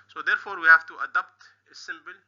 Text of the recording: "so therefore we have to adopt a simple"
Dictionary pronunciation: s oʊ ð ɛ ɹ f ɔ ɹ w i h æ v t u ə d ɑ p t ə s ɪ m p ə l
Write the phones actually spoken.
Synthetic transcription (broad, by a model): s oʊ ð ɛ ɹ f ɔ ɹ w i h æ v t u ə d ɑ p t ə s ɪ m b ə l